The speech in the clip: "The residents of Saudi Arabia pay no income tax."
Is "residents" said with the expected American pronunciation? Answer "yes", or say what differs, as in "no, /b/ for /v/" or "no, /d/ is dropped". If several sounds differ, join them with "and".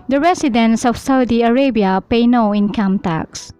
no, /s/ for /z/